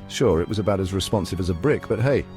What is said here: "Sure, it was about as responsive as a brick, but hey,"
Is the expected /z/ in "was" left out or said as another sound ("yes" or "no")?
no